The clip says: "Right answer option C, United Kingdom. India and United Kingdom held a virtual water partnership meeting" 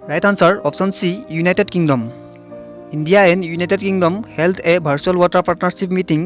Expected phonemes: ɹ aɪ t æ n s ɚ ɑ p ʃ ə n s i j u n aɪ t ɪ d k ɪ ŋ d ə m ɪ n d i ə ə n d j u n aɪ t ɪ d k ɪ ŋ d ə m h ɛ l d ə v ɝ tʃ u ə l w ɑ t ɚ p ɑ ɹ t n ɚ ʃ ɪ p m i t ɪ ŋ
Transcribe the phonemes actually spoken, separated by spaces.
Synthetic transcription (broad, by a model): ɹ aɪ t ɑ n s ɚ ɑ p s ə n s i j u n aɪ t ɪ d k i ŋ d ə m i n d i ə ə n j u n aɪ t ɪ d k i ŋ d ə m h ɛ l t ə b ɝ s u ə l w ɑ t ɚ p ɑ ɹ t n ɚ s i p m i t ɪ ŋ